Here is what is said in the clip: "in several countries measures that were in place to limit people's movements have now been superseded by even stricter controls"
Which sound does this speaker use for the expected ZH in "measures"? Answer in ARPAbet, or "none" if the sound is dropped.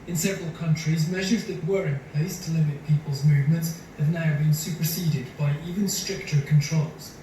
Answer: ZH